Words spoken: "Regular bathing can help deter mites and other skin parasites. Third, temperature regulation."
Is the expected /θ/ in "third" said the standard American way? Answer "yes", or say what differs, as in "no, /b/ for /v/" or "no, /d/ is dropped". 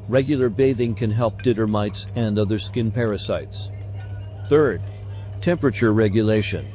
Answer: yes